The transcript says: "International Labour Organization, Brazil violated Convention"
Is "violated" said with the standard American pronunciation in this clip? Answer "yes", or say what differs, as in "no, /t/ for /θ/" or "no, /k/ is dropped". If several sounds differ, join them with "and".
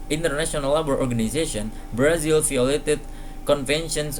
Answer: no, /f/ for /v/